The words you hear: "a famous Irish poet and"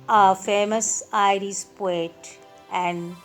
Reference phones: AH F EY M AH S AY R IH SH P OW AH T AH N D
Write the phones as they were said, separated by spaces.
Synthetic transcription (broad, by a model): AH F EY M AH S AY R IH S P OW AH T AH N D